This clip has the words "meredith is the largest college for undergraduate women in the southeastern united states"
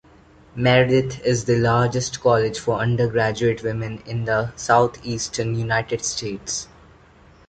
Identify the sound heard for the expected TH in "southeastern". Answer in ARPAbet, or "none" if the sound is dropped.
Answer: T